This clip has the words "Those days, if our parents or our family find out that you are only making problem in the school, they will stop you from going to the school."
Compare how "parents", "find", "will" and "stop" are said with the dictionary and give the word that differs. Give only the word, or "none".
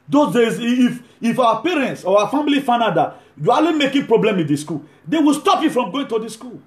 find